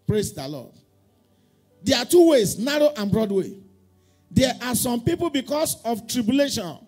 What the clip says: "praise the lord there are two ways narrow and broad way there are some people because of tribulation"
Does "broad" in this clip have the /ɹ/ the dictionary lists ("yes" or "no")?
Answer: yes